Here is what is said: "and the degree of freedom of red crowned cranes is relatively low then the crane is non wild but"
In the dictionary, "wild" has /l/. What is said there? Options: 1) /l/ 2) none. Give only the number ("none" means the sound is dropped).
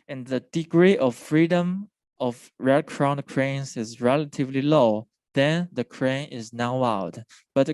2